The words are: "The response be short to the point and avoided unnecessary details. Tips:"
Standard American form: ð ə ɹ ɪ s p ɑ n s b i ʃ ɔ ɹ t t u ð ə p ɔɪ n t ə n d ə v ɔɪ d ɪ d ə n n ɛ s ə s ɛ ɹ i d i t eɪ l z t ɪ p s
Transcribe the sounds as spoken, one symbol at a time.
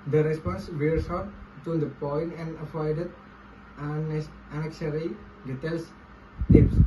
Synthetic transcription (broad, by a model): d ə ɹ ɪ s p ɑ n s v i s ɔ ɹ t t u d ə p ɔɪ n t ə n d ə f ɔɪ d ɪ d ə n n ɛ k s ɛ ɹ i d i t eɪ l s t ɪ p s